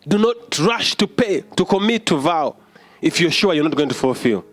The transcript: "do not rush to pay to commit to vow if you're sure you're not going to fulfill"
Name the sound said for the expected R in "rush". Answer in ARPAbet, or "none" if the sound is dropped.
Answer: R